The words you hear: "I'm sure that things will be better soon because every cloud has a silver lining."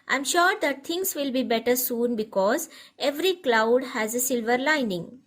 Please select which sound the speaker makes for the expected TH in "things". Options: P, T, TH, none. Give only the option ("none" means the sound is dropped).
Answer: T